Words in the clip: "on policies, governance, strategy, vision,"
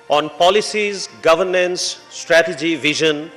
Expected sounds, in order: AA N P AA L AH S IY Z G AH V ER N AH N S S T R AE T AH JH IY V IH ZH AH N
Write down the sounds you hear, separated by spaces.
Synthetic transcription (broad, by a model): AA N P AA L AH S IY Z G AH V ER N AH N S S T R AE T AH JH IY V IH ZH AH N